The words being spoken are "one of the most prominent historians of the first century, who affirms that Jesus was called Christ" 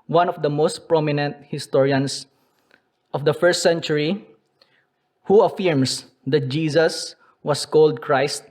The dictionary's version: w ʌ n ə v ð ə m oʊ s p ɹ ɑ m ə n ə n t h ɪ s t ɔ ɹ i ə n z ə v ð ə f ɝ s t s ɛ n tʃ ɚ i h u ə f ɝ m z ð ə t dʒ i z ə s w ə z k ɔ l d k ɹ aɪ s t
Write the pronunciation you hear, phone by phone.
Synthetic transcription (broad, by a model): w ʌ n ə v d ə m oʊ s p ɹ ɑ m ə n ə n t h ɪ s t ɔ ɹ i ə n s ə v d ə f ɝ s t s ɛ n tʃ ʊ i h u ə f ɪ m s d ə t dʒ i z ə s w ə s k ɔ l d k ɹ aɪ s t